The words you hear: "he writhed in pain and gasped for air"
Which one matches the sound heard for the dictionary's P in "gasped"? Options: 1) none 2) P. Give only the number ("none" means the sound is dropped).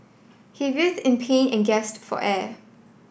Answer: 1